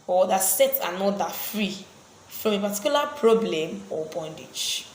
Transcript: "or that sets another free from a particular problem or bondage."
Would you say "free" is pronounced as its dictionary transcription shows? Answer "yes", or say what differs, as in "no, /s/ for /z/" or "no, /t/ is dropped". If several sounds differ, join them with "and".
yes